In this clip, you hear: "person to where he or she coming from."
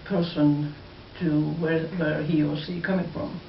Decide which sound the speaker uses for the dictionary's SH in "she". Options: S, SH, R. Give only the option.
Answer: S